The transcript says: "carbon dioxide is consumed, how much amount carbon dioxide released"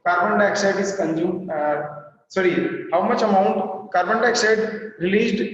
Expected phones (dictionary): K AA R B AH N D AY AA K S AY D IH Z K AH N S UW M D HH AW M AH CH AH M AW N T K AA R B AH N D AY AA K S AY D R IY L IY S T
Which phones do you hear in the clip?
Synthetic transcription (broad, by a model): K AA R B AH N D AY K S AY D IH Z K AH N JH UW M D HH AW M AH CH AH M AW N T K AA R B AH N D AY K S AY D R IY L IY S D